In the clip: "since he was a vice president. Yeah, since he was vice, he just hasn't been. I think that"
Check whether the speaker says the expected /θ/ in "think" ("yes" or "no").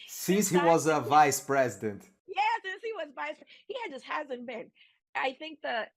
yes